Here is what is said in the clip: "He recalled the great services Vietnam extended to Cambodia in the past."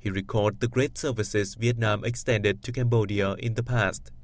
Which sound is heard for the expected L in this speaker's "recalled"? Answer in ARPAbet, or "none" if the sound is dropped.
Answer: none